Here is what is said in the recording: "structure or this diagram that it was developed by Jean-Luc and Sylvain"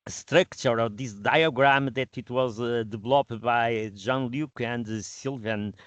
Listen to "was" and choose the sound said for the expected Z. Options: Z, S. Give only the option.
Z